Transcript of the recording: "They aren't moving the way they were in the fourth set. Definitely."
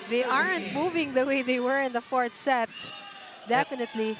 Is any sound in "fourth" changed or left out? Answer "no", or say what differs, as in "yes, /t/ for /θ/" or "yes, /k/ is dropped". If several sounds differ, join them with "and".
yes, /t/ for /θ/